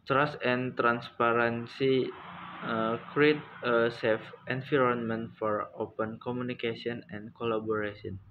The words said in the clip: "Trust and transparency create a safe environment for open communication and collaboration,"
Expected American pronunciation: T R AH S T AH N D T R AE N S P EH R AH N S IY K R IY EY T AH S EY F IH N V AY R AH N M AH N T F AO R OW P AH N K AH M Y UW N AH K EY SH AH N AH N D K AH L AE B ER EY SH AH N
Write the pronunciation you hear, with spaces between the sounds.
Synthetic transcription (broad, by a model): T R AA S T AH N T R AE N S P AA R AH N S IY K R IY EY T AH S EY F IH N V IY R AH N M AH N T F AO R OW P AH N K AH M UW N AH K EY S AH N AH N K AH L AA B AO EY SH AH N